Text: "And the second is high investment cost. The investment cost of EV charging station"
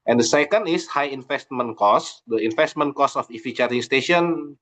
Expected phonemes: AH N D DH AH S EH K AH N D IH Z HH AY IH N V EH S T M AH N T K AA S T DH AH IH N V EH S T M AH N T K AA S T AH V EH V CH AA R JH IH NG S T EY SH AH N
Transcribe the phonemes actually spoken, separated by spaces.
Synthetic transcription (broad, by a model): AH N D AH S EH K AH N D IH S HH AY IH N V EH S T M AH N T K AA S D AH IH N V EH S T M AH N K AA S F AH F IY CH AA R IH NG S T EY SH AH N